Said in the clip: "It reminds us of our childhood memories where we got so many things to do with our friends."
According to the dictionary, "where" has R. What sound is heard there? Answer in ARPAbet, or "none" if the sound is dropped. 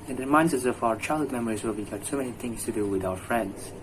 L